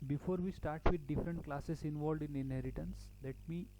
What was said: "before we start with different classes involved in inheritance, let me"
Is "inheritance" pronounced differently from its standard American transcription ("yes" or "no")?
no